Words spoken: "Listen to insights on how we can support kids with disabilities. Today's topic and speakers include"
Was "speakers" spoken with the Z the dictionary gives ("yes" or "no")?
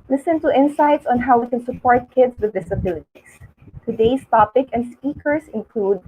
no